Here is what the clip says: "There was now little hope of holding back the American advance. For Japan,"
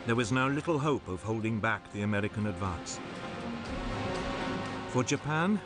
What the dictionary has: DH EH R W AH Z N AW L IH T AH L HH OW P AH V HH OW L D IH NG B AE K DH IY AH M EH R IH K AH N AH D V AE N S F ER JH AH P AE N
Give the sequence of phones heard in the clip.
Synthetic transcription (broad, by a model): DH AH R W AH Z N AW L IH T L HH OW P AH V HH OW L D IH NG B AE K DH IY AH M EH R IH K AH N AH D V AE N S F ER JH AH P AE N